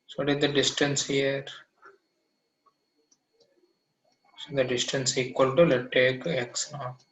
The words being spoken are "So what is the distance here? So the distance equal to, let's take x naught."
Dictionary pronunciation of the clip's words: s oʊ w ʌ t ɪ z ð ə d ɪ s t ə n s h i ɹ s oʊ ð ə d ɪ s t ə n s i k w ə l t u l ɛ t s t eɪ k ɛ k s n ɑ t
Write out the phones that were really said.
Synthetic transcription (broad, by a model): s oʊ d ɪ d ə d ɪ s t ə n s h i ɹ s oʊ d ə d ɪ s t ə n s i k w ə l t u l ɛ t t eɪ k ɛ k s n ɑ